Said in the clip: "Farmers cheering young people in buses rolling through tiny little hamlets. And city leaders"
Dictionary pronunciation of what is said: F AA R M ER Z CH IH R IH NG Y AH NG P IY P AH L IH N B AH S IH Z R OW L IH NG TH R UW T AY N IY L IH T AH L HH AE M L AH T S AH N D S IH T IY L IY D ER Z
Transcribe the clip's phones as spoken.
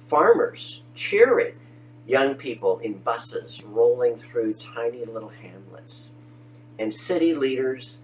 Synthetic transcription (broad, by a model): F AA R M ER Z CH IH R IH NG Y AH NG P IY P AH L IH N B AH S IH Z R OW L IH NG TH R UW T AY N IY L IH T L HH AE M L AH T S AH N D S IH T IY L IY D ER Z